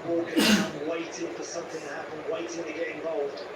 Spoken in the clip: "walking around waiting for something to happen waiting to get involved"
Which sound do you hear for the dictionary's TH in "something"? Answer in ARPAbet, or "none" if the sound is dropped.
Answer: TH